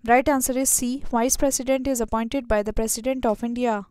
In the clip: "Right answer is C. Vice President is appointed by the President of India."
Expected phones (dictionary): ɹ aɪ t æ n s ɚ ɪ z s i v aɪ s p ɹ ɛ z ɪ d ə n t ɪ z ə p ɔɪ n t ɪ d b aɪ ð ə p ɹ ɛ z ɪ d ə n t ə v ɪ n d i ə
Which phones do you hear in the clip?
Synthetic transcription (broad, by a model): ɹ aɪ t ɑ n s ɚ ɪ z s i v aɪ s p ɹ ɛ s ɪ d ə n t ɪ z ə p ɔɪ n t ɪ d b aɪ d ə p ɹ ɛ s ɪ d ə n t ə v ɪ n d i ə